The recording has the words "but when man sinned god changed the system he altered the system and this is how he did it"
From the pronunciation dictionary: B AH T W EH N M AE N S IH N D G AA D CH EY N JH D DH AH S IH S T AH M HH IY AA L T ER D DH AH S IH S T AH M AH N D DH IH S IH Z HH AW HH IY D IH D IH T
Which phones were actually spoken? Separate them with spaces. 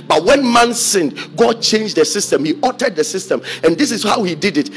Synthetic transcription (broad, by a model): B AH T W EH N M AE N S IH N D G AA D CH EY N JH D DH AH S IH S T AH M HH IY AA T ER D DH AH S IH S T AH M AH N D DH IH S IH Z HH AW HH IY D IH D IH T